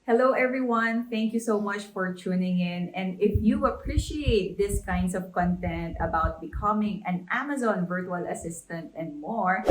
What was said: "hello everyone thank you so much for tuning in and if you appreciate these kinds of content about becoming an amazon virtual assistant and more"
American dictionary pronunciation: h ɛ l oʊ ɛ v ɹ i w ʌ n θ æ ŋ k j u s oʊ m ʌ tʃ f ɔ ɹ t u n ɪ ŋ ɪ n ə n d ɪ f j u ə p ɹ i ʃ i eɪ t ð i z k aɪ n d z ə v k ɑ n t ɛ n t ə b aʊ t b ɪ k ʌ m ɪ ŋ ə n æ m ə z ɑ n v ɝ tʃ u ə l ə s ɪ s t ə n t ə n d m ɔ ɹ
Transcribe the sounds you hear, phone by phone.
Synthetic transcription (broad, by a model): h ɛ l oʊ ɛ v ɹ i w ʌ n θ æ ŋ k j u s oʊ m ʌ tʃ f ɔ ɹ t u n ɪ ŋ ɪ n ə n d ɪ f j u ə p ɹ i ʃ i eɪ t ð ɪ s k aɪ n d s ə v k ɑ n t ɛ n t ə b aʊ t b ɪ k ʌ m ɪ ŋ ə n æ m ə z ɑ n v ɝ tʃ u ə l ə s ɪ s t ə n t ə n d m ɔ ɹ